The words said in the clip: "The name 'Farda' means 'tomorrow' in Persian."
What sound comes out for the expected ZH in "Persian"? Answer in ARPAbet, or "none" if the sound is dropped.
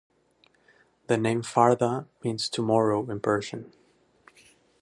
SH